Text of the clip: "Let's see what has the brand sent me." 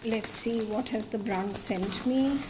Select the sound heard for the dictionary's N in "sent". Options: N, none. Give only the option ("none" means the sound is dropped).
N